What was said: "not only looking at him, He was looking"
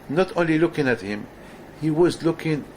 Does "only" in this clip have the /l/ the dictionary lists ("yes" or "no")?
yes